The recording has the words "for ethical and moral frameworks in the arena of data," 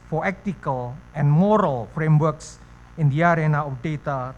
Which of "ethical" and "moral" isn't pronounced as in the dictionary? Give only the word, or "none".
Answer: ethical